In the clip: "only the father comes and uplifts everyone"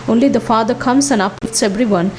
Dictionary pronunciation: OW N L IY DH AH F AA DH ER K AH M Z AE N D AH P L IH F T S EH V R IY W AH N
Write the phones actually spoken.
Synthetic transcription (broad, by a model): OW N L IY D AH F AA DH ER K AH M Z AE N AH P IH T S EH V R IY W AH N